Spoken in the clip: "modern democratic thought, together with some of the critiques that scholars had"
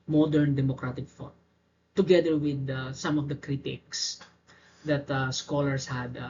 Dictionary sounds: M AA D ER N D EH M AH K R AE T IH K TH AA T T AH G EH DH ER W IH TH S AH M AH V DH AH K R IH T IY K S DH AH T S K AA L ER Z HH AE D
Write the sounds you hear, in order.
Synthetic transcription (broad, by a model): M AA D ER N D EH M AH K R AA T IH K F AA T T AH G EH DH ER W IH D S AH M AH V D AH K R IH T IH K S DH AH T S K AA L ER S HH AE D